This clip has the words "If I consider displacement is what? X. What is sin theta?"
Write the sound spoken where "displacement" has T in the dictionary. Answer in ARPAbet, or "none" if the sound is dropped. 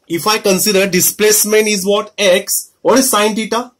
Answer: none